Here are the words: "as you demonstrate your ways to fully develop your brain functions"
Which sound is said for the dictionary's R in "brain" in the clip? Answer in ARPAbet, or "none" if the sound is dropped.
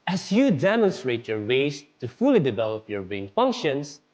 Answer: none